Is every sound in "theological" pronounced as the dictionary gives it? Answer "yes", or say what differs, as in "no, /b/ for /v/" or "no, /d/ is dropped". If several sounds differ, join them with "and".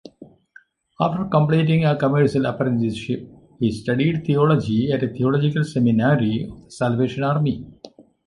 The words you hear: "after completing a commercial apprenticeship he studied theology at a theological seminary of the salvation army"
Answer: no, /t/ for /θ/